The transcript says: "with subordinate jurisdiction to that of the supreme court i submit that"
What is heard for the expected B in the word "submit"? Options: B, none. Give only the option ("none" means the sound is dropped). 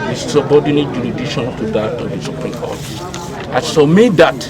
none